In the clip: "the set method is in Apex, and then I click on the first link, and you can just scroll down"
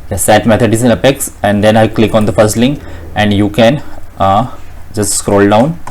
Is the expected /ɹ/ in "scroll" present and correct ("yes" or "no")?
yes